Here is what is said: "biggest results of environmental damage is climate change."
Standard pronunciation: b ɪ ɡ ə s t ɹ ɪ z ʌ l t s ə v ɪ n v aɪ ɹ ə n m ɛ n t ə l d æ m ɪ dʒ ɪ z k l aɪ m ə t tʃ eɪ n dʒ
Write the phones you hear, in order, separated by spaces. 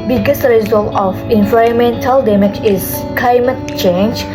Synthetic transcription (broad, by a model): b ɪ ɡ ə s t ɹ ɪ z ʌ l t ə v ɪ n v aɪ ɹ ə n m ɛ n t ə l d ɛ m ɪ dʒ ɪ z k l aɪ m ə t tʃ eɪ n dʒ